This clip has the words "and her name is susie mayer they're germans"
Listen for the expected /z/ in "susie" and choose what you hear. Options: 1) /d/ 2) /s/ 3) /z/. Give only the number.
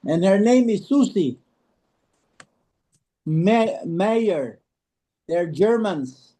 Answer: 2